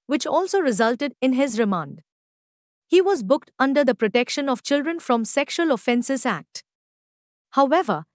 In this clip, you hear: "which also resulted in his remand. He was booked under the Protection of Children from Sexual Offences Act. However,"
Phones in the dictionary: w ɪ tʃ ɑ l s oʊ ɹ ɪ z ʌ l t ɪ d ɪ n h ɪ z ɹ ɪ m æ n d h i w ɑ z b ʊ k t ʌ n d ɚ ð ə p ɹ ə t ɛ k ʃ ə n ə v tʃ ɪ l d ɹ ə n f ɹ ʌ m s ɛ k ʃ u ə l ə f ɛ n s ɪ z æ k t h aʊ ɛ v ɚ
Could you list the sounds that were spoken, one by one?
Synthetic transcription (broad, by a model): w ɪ tʃ ɑ l s oʊ ɹ ɪ z ʌ l t ɪ d ɪ n h ɪ z ɹ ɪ m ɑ n d h i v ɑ z b ʊ k t ʌ n d ɚ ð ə p ɹ ə t ɛ k ʃ ə n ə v tʃ ɪ l d ɹ ə n f ɹ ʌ m s ɛ k ʃ u ə l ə f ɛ n s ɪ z æ k t h aʊ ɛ v ɚ